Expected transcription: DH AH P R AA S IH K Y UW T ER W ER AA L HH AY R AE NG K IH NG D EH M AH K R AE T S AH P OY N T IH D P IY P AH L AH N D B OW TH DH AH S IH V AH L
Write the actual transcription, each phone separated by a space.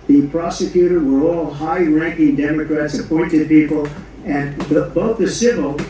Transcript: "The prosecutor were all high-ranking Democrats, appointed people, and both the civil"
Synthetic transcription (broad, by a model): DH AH P R AA S IH K Y UW T ER W ER AA L HH AY R AE NG K IH NG D EH M AH K R AE T S AH P OY N T IH D P IY P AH L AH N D B OW TH DH AH S IH V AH L